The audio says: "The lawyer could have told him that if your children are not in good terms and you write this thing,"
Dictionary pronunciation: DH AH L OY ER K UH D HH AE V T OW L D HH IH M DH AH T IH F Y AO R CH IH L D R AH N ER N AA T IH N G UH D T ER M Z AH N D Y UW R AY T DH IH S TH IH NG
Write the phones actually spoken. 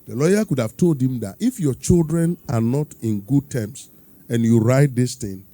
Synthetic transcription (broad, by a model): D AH L OY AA K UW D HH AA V T OW L D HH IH M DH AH T IH F Y AO CH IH L D R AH N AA N AA T IH N G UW D T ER M S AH N Y UW R AY T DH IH S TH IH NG